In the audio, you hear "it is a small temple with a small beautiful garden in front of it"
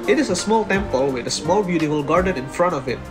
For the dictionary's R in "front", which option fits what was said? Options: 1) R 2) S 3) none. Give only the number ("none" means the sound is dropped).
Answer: 1